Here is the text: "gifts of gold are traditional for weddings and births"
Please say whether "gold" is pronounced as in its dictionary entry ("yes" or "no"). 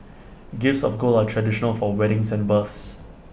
no